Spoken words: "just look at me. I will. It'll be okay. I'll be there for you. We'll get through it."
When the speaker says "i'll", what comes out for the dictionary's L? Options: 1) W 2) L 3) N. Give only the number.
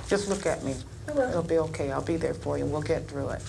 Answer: 2